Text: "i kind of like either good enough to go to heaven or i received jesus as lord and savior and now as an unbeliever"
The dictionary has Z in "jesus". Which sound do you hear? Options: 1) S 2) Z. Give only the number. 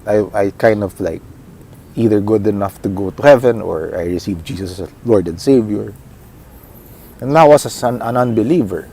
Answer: 1